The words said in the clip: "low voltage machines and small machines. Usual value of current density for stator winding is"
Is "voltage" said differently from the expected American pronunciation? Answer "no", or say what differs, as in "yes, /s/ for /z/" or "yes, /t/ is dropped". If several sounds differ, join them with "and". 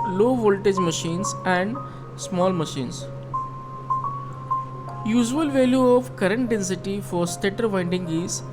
no